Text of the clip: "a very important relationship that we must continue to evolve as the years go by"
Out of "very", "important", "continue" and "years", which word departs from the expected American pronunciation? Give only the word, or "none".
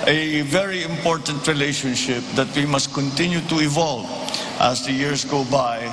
years